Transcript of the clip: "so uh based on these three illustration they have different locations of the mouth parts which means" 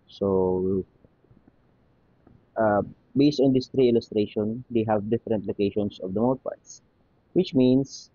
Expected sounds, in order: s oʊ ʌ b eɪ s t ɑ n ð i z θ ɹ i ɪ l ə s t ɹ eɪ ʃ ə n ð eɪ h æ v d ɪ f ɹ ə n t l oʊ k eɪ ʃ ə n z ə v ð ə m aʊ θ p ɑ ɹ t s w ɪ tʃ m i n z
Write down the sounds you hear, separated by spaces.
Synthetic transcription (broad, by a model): s oʊ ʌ b eɪ s t ɑ n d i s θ ɹ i ɪ l ə s t ɹ eɪ ʃ ə n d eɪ h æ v d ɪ f ɹ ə n t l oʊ k eɪ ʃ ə n s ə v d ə m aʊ t p ɑ ɹ t s w ɪ tʃ m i n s